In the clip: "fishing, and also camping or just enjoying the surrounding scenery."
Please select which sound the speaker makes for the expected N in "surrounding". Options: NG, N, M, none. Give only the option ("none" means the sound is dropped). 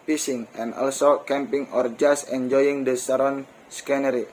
none